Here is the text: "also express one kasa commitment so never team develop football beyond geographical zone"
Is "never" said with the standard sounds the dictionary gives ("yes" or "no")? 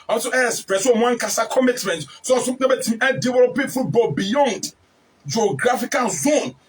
no